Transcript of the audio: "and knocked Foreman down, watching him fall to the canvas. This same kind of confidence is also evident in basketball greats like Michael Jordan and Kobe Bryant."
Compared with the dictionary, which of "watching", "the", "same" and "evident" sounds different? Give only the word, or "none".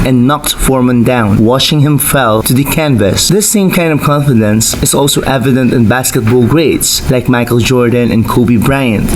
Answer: watching